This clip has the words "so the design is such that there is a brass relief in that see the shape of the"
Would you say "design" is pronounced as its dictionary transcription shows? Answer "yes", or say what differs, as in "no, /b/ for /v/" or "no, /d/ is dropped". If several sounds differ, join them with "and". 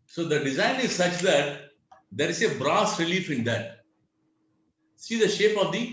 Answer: yes